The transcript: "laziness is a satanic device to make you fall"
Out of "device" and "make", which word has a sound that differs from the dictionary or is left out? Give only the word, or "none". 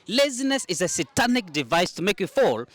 none